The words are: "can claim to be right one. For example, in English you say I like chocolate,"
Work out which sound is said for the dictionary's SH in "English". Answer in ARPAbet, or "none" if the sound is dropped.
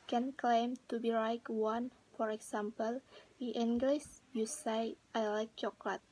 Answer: S